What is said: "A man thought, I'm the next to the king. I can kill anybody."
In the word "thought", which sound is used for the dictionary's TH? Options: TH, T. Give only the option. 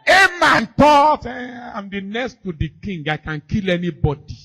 T